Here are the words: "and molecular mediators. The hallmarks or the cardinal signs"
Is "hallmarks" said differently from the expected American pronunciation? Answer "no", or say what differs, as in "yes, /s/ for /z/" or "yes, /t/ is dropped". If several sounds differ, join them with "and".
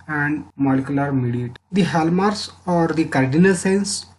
yes, /k/ is dropped